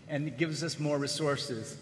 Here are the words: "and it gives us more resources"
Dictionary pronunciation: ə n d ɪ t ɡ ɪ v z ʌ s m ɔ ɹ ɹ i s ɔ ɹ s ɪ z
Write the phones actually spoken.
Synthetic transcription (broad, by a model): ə n ɪ t ɡ ɪ v z ʌ s m ɔ ɹ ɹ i s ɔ ɹ s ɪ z